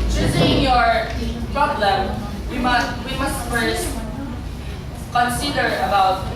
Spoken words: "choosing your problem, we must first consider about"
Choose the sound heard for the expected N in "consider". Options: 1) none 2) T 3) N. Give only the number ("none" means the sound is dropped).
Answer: 3